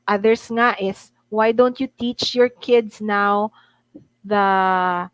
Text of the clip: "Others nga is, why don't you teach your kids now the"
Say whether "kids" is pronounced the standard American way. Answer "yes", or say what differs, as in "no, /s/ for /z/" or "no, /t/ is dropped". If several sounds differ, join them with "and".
no, /s/ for /z/